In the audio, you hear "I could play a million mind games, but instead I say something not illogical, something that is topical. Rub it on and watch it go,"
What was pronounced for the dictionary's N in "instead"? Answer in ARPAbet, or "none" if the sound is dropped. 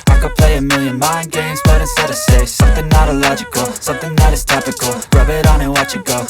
none